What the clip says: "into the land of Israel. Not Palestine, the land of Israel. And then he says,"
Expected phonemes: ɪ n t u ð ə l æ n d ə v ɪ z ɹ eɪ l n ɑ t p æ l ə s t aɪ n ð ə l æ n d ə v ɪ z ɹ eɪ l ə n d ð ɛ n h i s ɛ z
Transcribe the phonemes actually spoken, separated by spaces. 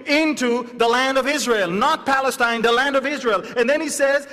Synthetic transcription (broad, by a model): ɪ n t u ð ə l æ n d ə v ɪ z ɹ eɪ l n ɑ t p æ l ə s t aɪ n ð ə l æ n d ə v ɪ z ɹ eɪ l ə n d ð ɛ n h i s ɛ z